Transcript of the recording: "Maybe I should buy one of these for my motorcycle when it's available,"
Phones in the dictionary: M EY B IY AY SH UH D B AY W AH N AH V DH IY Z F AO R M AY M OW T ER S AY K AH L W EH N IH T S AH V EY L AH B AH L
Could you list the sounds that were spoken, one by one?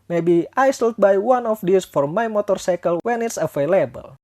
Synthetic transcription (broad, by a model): M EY B IY AY S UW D B AY W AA N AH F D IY S F AO R M AY M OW T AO S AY K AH L W EH N IH T S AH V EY L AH B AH L